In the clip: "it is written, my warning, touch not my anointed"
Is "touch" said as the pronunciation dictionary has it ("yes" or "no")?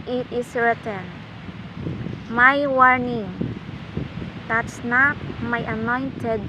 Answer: no